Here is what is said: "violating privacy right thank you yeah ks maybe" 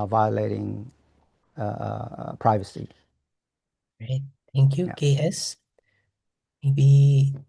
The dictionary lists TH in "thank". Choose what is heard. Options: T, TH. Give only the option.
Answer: T